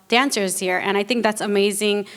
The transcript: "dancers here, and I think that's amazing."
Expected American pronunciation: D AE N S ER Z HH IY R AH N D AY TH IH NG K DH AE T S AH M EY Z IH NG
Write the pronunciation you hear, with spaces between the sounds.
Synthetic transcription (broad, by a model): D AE N S ER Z HH IY R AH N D AY TH IH NG K DH AE T S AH M EY Z IH NG